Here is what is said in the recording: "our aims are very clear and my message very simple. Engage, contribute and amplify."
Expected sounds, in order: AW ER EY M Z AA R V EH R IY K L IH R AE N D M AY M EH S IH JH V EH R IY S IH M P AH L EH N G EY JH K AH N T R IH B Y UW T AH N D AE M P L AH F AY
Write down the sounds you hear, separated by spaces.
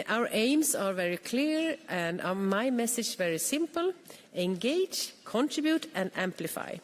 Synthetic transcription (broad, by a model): AW ER EY M S AA R V EH R IY K L IH R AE N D M AY M EH S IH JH V EH R IY S IH M P AH L EH N G EY JH K AH N T R IH B Y UW T AH N D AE M P L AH F AY